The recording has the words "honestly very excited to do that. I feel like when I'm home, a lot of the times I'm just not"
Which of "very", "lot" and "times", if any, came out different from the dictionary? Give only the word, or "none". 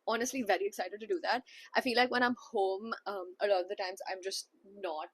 none